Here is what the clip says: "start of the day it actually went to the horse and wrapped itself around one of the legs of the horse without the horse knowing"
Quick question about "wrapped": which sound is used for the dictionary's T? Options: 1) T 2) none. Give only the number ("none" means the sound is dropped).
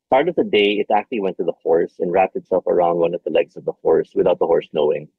1